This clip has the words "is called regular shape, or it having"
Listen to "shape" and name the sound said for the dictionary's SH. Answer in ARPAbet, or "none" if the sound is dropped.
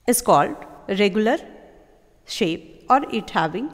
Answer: SH